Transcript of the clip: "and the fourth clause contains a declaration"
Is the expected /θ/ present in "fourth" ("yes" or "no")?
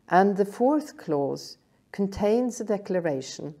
yes